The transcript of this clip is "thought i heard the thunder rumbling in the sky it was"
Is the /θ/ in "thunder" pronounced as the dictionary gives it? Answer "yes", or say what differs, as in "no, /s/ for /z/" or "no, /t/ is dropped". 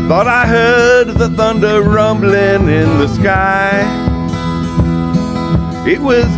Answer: yes